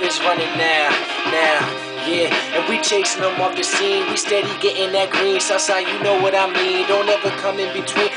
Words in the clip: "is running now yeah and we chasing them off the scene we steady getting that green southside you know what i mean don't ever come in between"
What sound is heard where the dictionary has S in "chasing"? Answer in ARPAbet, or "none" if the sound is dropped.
none